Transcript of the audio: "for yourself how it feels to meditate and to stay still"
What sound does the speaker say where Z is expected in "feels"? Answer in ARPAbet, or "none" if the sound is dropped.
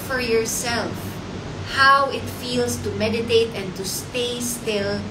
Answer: S